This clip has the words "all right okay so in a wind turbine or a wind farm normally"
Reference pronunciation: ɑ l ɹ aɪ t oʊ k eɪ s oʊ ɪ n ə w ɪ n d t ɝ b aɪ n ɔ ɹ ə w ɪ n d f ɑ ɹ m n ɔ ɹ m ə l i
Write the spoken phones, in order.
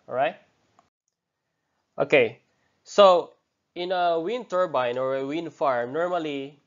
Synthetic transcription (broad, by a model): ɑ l ɹ aɪ t oʊ k eɪ s oʊ ɪ n ə w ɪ n t ɝ b aɪ n ɔ ɹ ə w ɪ n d f ɑ ɹ m n ɔ ɹ m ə l i